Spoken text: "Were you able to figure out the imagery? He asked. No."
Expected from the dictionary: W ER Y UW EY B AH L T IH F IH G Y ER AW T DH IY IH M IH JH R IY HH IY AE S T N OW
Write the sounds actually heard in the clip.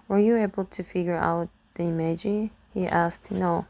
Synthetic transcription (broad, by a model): W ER Y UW EY B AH L T IH F IH G Y ER AW T DH IY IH M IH JH IY HH IY AE S T N OW